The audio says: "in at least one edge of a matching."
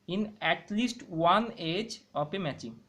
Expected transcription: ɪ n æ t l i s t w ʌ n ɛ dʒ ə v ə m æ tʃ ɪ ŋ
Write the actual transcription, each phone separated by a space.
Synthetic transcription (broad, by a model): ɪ n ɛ t l i s t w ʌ n ɛ dʒ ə p ə m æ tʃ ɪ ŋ